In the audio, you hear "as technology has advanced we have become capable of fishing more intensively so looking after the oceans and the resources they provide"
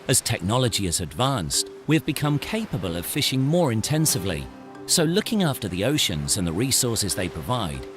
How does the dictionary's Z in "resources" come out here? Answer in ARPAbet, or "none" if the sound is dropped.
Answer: Z